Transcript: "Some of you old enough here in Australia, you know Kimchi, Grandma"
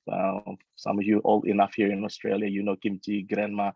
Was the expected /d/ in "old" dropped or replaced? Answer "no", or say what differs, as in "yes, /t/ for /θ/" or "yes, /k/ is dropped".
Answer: yes, /d/ is dropped